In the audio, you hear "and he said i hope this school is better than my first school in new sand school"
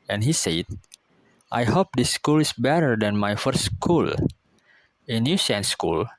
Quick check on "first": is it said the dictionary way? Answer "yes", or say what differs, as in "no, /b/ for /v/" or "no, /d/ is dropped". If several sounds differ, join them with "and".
no, /s/ is dropped